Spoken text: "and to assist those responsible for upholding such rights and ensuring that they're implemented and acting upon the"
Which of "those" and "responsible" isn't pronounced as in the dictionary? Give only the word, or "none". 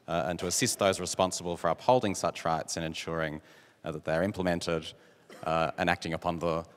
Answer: none